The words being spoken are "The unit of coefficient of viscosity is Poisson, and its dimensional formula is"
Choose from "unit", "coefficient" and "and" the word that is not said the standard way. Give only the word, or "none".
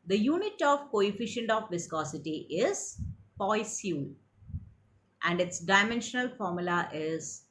none